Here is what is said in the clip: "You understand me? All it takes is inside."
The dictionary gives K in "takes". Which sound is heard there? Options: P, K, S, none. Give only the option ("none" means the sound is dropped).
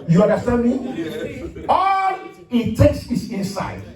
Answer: K